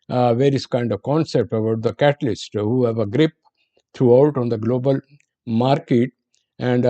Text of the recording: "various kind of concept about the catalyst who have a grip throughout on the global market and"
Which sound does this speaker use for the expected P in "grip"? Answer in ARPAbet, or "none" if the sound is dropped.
P